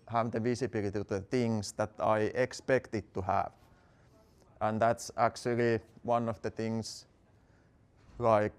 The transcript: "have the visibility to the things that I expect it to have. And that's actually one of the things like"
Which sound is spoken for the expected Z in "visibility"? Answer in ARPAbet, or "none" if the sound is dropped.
S